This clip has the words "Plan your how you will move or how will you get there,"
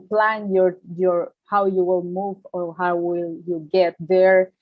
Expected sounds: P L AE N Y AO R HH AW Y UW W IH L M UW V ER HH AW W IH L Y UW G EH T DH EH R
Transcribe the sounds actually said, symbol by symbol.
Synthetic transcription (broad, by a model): P L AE N Y AO R HH AW Y UW W IH L M UW V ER HH AW W IH L Y UW G EH T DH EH R